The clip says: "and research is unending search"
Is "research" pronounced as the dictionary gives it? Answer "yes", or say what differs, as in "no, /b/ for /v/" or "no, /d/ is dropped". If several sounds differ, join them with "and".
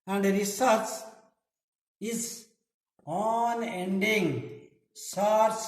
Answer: no, /s/ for /tʃ/